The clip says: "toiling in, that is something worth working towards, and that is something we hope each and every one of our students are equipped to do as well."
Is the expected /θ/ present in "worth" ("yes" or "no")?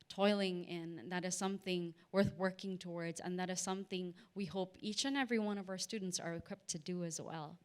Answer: yes